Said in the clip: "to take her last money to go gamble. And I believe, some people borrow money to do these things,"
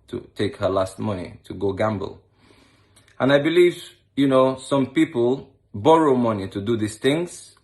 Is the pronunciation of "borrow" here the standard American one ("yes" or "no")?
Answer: yes